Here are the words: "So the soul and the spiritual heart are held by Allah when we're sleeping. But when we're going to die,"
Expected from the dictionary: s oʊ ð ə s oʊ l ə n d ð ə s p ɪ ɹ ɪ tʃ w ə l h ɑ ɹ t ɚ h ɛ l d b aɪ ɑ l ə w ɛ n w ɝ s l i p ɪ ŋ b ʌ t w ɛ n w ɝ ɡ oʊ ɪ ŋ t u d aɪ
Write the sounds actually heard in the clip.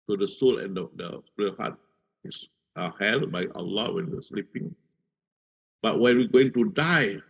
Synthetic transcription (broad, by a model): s oʊ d ə s oʊ l ə n d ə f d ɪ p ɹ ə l h ɑ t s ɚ h ɛ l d b aɪ ɑ l ə w ɛ n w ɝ s l i p ɪ ŋ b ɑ t w ɛ n w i ɡ oʊ ɪ ŋ t u d aɪ